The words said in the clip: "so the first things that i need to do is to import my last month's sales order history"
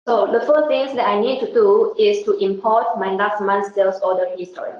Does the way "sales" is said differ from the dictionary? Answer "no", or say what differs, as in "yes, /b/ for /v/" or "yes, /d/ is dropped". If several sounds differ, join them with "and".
yes, /s/ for /z/